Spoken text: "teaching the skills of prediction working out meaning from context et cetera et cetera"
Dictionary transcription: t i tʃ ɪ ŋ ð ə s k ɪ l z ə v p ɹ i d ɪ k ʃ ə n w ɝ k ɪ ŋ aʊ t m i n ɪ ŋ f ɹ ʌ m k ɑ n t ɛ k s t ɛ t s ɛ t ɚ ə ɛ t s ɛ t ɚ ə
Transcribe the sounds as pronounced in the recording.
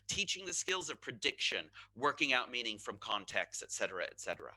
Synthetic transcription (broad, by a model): t i tʃ ɪ ŋ ð ə s k ɪ l z ə v p ɹ i d ɪ k ʃ ə n w ɝ k ɪ ŋ aʊ t m i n ɪ ŋ f ɹ ʌ m k ɑ n t ɛ k s t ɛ t s ɛ t ɚ ə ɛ t s ɛ t ɚ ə